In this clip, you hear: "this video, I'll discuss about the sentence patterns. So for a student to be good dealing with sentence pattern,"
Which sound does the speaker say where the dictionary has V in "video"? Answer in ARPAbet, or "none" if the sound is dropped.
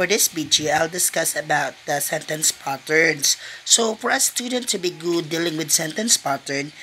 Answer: B